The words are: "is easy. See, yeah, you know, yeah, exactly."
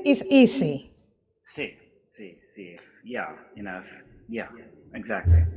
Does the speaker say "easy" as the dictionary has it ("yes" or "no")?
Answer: no